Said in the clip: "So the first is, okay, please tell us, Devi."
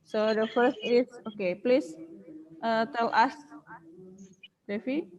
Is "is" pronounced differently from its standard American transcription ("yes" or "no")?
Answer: yes